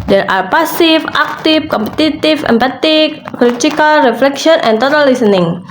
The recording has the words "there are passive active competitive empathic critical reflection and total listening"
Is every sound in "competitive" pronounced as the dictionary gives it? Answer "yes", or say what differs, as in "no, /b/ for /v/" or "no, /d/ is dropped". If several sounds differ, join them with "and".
no, /f/ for /v/